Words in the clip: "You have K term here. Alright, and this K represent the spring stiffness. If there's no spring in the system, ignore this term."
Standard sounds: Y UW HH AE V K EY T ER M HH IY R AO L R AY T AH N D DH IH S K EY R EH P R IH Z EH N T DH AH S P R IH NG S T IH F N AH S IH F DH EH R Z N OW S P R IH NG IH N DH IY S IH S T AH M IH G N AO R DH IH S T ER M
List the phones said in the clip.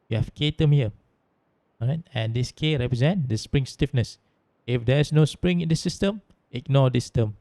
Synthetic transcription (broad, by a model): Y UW HH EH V K EY T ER M HH IY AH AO R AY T AH N D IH S K EY R EH P R IH Z EH N T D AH S P R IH NG S T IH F N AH S IH F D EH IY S N OW S P R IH NG IH N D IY S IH S T AH M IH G N AO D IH S T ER M